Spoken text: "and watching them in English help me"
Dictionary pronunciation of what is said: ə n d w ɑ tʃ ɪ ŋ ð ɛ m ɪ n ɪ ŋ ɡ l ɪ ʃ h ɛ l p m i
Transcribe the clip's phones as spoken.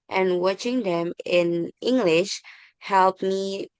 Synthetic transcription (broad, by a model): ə n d w ɑ tʃ ɪ ŋ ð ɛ m ɪ n ɪ ŋ ɡ l ɪ ʃ h ɛ l p m i